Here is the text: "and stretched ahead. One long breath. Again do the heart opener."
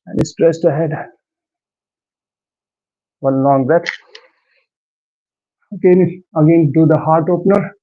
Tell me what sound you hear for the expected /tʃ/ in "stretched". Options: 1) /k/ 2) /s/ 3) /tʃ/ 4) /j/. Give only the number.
2